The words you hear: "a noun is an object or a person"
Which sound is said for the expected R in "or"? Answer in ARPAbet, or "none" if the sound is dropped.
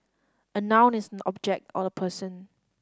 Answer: L